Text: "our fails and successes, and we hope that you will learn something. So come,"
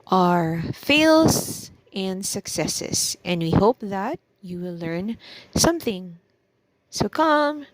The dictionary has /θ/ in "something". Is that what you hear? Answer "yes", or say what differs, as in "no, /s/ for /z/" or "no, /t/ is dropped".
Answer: yes